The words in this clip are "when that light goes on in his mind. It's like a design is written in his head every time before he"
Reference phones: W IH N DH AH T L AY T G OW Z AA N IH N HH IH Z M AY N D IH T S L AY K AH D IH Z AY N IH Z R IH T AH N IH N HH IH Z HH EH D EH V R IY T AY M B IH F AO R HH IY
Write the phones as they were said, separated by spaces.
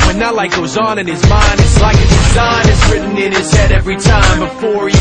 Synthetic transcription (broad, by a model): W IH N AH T L AY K G OW Z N IH N IH Z M AY N D IH T S L AY K AH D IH Z AY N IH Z R IH T N IH N IH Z HH EH D EH V R IY T AY M B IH F AO R